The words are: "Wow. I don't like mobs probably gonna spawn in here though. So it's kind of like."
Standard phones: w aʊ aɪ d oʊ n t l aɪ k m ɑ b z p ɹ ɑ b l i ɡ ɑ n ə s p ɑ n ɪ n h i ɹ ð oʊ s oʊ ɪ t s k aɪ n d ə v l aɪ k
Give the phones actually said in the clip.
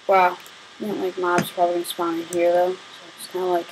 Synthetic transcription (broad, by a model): w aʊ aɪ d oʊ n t l aɪ k m ɑ b z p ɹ ɑ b i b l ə s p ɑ ɪ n h i ɹ ð oʊ s oʊ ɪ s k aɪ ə l aɪ k